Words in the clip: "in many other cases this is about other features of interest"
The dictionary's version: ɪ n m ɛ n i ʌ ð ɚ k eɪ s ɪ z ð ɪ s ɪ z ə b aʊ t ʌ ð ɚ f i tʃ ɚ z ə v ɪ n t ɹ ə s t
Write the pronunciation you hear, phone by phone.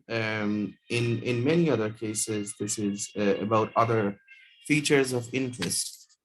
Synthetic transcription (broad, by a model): ɪ n m ɛ n i ʌ ð ɚ k eɪ s ɪ z ð ɪ s ɪ z ə b aʊ t ʌ ð ɚ f i tʃ ɚ z ə v ɪ n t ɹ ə s t